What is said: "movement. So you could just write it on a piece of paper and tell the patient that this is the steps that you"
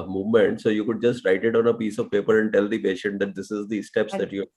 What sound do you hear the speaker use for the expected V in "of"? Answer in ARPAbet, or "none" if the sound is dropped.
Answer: V